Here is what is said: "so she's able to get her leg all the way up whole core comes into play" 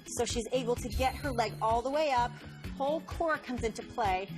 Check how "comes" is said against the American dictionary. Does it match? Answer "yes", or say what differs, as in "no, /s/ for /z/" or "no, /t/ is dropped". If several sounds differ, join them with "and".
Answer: yes